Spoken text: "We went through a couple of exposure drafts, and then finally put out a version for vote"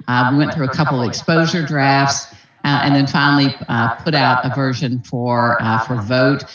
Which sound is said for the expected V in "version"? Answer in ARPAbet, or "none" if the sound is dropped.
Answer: V